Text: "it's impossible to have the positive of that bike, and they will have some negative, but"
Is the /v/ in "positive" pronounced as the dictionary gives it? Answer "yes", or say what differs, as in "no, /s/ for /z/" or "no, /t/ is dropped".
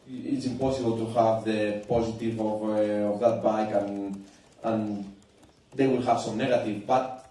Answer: yes